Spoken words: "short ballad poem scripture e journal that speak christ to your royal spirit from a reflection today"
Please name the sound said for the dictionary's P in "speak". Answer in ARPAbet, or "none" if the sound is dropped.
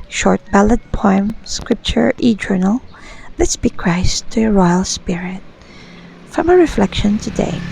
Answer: B